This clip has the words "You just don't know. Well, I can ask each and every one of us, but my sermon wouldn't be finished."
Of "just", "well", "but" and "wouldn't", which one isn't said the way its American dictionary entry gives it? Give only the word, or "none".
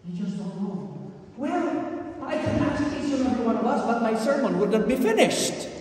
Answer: wouldn't